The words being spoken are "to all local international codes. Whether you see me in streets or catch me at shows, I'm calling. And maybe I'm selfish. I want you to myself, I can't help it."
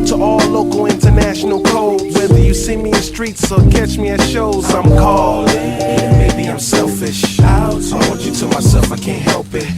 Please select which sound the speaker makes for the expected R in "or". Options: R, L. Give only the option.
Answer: L